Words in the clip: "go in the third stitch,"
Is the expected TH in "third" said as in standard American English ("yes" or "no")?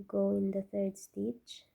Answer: no